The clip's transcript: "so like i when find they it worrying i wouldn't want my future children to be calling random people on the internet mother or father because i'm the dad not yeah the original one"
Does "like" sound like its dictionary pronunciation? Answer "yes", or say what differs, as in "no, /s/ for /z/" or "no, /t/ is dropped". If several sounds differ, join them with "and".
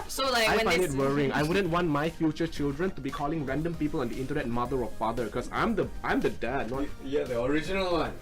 no, /k/ is dropped